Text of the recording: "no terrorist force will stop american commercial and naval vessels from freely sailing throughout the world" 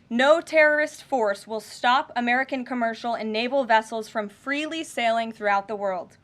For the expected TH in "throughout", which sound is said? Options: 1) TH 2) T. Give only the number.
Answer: 1